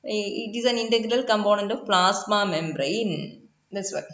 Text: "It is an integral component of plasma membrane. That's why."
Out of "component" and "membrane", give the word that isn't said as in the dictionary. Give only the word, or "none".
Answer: none